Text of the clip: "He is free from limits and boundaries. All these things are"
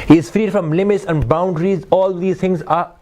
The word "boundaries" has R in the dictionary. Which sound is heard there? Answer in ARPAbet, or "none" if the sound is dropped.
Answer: R